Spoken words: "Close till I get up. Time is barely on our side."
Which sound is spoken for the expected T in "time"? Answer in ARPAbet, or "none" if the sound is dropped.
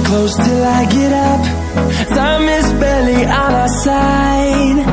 S